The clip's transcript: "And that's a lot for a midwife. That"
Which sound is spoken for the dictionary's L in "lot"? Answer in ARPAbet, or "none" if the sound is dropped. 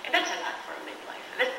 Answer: N